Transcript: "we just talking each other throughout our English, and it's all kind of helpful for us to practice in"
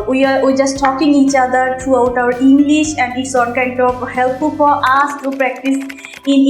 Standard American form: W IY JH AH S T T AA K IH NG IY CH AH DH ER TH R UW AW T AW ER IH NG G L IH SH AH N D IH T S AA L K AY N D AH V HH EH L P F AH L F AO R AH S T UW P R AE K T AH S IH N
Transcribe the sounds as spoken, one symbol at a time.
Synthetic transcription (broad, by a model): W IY JH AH S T T AA K IH NG IY CH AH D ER T R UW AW T AW ER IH NG G L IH SH AH N D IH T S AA N K AY N D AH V HH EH L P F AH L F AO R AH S T UW P R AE K T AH S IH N